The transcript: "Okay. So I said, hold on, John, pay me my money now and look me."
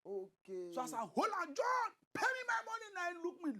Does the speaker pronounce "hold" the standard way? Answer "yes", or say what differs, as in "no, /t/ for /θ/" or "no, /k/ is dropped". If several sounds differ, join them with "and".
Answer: no, /d/ is dropped